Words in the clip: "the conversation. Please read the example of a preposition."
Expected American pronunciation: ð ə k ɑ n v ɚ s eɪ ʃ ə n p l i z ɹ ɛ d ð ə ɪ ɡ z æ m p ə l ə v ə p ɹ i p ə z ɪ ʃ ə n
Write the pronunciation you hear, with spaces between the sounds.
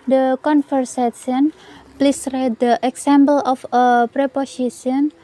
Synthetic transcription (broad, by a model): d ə k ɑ n f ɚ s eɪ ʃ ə n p l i s ɹ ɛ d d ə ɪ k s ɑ m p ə l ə f ə p ɹ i p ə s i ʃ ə n